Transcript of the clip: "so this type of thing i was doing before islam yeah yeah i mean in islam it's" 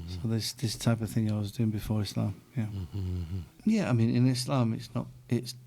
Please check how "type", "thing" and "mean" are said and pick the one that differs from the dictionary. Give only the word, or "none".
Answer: none